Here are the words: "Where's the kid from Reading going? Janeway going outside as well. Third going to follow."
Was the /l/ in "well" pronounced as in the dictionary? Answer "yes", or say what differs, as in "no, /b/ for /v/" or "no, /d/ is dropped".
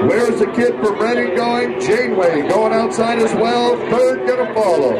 yes